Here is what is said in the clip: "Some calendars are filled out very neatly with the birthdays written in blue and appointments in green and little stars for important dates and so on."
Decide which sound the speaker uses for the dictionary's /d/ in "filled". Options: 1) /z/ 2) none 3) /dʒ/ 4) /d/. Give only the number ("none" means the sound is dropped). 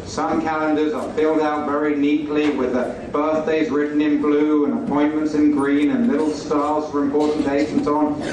4